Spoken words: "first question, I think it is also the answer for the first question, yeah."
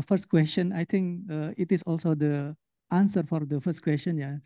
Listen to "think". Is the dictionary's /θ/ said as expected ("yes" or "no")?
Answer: no